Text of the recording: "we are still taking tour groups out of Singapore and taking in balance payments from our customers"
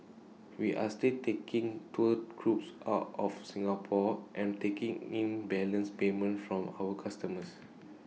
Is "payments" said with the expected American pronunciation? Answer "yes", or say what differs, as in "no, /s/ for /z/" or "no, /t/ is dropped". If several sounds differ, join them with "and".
no, /s/ is dropped